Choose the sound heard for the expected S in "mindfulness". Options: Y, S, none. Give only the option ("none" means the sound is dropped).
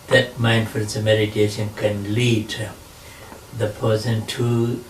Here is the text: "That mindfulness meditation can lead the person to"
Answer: none